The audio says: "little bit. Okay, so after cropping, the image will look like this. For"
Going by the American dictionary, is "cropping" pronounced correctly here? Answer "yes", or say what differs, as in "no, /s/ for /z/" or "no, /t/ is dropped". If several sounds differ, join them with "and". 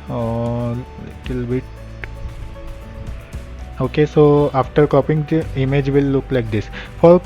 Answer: no, /ɹ/ is dropped